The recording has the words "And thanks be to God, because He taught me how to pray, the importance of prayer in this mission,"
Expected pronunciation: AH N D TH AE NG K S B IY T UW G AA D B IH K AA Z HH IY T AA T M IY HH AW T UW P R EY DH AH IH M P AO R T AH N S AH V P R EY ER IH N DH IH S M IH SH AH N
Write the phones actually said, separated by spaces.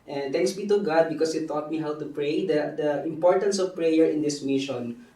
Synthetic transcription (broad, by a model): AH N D T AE NG K S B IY T UW G AA D B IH K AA S HH IY T AA T M IY HH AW T UW P R EY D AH IH M P AO R T AH N S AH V P R EY ER IH N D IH S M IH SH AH N